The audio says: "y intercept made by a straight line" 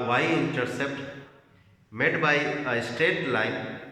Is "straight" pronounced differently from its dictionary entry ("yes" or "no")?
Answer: yes